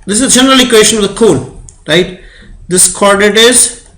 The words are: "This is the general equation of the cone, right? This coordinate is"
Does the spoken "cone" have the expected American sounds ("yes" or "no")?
no